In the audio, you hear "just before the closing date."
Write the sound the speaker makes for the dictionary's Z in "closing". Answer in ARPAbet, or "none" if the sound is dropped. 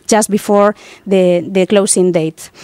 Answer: S